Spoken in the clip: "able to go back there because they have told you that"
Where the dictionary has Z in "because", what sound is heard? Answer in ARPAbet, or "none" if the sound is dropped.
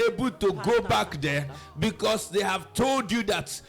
S